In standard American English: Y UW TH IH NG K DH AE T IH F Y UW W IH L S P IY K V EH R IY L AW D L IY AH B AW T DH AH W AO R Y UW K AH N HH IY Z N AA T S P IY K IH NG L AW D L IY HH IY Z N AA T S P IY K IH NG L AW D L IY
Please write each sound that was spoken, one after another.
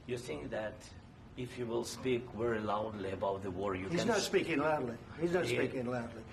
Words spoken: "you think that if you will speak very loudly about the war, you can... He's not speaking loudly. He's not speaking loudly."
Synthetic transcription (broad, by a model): Y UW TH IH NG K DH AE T IH F Y UW W IH L S P IY K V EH R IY L AW D L IY AH B AW T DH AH W AO R Y UW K HH IY Z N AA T S P IY K IH NG L AW D L IY HH IY Z N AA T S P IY K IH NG L AW D L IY